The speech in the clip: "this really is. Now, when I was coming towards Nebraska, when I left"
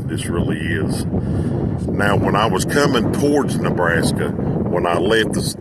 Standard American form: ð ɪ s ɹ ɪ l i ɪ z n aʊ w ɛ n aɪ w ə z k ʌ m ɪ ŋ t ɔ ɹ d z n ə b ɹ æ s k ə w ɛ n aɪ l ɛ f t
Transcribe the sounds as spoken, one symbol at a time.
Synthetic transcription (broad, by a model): ð ɪ s ɹ ɪ l i ɪ z n aʊ w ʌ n aɪ w ə z k ʌ m ɪ ŋ t ɔ ɹ d z n ə b ɹ æ s k ə w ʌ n aɪ l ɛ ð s